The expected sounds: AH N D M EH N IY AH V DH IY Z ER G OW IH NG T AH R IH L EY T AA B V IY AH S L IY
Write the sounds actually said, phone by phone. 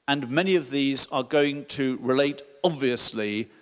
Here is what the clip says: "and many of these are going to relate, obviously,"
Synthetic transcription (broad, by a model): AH N M EH N IY AH V DH IY Z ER G OW IH NG T AH R IH L EY T AA B V IY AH S L IY